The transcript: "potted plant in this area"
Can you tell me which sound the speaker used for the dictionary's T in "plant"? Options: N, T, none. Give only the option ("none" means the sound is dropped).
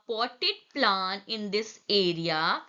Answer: none